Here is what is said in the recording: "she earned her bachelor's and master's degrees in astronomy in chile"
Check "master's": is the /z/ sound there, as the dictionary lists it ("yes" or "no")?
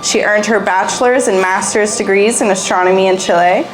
yes